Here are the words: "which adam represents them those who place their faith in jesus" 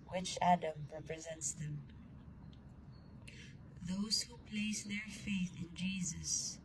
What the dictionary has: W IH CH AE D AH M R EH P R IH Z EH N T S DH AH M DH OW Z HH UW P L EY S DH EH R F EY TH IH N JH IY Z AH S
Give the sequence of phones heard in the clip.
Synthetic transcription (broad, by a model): W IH CH AE D AH M R EH P R IH Z EH N T S DH AH M DH OW Z HH UW P L EY S DH EH R F EY TH IH N JH IY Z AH S